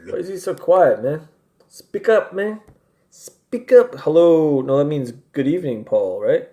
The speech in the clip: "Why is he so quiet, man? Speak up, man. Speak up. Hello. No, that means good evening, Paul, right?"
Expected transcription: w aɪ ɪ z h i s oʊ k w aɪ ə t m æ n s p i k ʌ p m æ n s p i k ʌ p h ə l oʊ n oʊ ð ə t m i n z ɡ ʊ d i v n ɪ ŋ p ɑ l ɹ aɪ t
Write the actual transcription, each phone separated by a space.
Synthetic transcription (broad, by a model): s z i s oʊ k w aɪ ə t m æ n s p i k ʌ p m æ n s p i k ʌ p h ə l oʊ n oʊ ð ə t m i n z ɡ ʊ d i v n ɪ ŋ p ɑ l ɹ aɪ t